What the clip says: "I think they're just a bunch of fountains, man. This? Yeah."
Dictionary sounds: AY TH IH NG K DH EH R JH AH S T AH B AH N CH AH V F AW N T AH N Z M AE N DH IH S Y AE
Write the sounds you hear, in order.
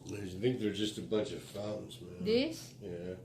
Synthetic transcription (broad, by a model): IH TH IH NG K DH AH R JH AH S T AH B AH N CH AH V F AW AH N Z M AE N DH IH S Y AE